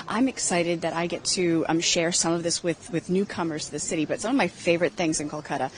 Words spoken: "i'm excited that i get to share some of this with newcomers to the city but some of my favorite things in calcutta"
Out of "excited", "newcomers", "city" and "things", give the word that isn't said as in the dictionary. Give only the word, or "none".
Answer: none